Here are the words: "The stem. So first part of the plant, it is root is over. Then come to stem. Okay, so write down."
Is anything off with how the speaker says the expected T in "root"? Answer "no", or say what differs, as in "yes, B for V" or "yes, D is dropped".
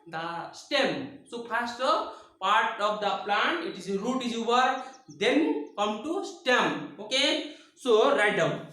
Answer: no